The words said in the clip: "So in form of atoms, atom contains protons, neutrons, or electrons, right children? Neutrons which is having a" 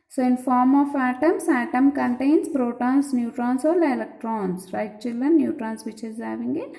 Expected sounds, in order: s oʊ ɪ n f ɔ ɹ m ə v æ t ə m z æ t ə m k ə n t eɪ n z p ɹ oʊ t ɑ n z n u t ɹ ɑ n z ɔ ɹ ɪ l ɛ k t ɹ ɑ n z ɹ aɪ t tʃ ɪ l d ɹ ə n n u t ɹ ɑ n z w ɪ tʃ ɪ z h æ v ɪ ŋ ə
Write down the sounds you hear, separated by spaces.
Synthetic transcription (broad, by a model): s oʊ ɪ n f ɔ ɹ m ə f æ t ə m s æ t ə m k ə n t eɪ n s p ɹ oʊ t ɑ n s n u t ɹ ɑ n s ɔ l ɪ l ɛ k t ɹ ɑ n s ɹ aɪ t tʃ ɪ l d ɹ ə n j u t ɹ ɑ n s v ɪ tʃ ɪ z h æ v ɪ ŋ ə